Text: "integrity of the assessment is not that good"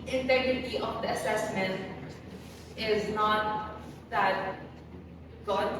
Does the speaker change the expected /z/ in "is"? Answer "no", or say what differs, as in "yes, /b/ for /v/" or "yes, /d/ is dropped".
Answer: no